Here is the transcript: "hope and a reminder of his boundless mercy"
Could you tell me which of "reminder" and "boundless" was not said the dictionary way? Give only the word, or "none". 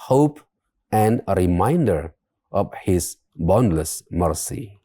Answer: none